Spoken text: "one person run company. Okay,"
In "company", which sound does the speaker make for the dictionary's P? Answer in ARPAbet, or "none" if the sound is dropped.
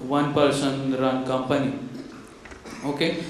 P